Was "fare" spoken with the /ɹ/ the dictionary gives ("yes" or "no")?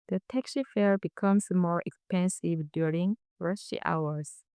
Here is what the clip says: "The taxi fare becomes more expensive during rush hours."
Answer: yes